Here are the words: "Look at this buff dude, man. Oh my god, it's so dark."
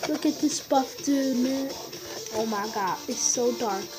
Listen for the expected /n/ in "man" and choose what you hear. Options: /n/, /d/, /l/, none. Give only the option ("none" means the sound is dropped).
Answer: none